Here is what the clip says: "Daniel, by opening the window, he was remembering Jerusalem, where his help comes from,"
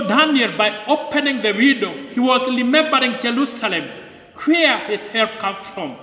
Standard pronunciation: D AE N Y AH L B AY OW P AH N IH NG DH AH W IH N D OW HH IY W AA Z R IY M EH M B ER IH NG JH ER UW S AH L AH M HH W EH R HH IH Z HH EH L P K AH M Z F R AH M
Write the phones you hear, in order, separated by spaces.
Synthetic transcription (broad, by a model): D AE N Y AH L B AY OW P AH N IH NG DH AH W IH D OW HH IY W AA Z R IY M EH M B ER IH NG JH ER UW S AH L AH M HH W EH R HH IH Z HH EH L K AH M F R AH M